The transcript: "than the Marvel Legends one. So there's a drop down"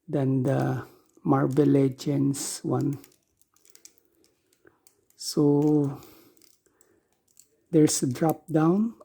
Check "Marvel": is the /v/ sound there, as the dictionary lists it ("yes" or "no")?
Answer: no